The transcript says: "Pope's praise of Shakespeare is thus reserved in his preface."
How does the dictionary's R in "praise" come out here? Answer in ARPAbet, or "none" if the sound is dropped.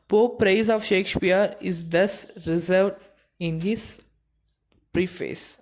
R